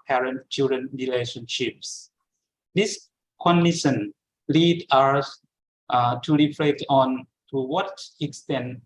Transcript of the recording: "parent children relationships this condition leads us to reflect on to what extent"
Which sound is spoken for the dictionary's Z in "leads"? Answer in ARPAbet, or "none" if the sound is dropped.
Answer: none